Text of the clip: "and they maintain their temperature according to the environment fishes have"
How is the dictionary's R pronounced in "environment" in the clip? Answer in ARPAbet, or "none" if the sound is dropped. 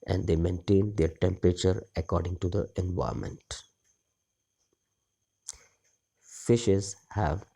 none